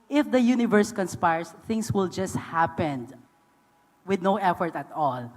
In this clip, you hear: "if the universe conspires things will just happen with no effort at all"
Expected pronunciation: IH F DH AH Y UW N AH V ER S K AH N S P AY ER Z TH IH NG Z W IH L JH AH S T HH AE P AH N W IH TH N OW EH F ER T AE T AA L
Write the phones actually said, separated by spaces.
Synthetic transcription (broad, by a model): IH F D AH Y UW N AH V ER S K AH N S P AY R S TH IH NG S W IH L JH AH S T HH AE P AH N W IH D N OW EH F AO T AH T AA L